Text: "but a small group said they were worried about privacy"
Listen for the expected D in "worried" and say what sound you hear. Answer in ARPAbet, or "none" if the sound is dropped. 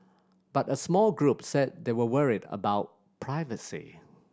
D